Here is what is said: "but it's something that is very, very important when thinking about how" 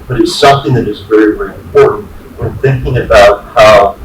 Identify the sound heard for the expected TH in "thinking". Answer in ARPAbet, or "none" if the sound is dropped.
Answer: TH